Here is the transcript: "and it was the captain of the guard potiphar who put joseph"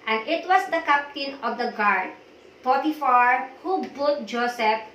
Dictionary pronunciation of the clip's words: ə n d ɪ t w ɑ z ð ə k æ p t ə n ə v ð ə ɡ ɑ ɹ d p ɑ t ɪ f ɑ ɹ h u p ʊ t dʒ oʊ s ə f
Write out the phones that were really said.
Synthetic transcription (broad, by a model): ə n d ɪ t w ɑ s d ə k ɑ p t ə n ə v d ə ɡ ɑ ɹ d p ɑ t ɪ f ɑ ɹ h u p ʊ t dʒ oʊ s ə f